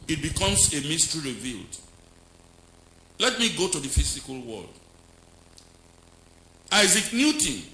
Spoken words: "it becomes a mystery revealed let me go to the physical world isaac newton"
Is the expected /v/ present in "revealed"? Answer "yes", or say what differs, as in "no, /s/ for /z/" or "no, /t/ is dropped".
yes